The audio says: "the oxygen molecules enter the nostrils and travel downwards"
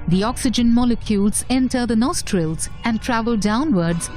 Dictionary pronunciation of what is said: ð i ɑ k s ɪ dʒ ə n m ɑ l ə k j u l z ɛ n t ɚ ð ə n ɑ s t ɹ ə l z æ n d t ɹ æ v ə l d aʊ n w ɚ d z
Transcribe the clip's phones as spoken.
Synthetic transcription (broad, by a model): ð i ɑ k s ɪ dʒ ə n m ɑ l ə k j u l z ɛ n t ɚ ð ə n ɑ s t ɹ ə l z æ n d t ɹ æ v ə l d aʊ n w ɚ d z